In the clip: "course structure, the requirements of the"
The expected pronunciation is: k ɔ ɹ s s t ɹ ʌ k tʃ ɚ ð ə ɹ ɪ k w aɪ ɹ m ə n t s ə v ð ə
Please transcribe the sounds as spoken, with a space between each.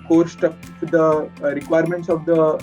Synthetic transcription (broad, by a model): k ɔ ɹ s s t ʌ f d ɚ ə ɹ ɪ k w aɪ ɹ m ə n t s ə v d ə